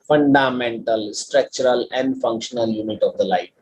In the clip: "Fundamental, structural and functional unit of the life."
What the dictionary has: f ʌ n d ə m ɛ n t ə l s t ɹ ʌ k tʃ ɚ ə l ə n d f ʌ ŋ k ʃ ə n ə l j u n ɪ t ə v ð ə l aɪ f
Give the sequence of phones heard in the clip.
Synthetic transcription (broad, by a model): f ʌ n d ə m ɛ n t ə l s t ɹ ʌ k tʃ ɚ ə l ə n d f ʌ ŋ k ʃ ə n ə l j u n ɪ t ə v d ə l aɪ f